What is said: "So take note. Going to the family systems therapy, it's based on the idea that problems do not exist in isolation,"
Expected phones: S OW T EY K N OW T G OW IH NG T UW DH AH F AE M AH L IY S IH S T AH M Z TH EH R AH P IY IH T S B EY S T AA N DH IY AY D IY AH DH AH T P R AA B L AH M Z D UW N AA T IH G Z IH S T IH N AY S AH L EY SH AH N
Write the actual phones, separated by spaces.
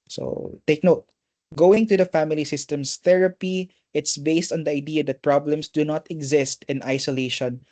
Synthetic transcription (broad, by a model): S OW T EY K N OW T G OW IH NG T UW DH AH F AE M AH L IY S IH S T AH M S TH EH R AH P IY IH T S B EY S T AA N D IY AY D IY AH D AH T P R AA B L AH M S D UW N AA T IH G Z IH S T IH N AY S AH L EY SH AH N